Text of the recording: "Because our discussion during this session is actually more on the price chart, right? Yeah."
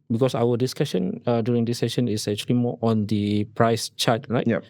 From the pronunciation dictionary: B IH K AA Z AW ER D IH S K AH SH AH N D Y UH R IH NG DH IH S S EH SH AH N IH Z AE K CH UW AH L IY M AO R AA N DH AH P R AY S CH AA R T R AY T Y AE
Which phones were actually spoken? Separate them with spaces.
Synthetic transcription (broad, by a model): B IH K AA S AW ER D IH S K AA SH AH N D Y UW R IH NG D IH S S EH SH AH N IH S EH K CH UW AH L IY M AO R AA N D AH P R AY S CH AA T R AY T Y